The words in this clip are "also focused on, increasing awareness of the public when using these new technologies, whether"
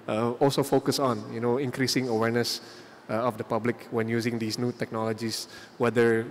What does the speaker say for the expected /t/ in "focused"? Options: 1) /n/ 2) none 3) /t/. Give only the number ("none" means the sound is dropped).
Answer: 2